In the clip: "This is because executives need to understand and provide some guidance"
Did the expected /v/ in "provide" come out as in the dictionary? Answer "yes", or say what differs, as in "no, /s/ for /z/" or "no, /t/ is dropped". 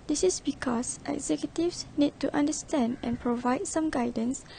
yes